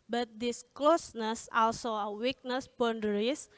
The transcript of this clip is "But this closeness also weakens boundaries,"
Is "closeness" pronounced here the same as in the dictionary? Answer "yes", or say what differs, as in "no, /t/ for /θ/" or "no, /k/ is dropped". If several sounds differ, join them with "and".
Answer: yes